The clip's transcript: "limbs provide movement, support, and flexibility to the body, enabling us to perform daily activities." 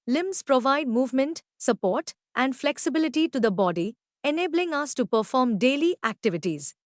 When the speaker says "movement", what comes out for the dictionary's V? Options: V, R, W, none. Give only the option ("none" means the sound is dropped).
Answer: V